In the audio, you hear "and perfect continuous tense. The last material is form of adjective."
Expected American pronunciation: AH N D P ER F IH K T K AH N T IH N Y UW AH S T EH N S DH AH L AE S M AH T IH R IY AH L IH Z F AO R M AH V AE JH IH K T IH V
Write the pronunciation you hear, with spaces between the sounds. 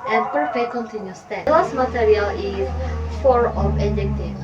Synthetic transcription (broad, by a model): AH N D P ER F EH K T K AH N T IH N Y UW S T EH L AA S M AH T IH R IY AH L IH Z F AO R AH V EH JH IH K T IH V